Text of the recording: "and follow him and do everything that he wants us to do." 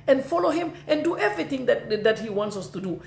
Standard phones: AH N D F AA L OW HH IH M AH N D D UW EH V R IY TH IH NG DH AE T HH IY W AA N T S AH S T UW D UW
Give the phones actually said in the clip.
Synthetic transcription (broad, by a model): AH N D F AA L OW HH IH M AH N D D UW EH V R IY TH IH NG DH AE T HH IY W AA N T S AH S T UW D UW